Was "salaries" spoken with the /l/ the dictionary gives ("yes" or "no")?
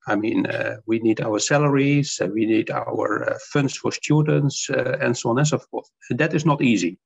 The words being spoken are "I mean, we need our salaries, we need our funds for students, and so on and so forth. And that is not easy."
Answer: yes